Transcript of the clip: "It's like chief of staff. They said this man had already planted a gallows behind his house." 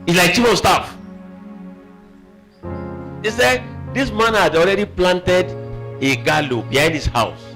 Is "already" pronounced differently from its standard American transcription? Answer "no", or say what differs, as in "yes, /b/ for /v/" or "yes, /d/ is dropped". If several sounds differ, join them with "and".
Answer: no